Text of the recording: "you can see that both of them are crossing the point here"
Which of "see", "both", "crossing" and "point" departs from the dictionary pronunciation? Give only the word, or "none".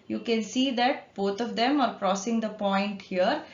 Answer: both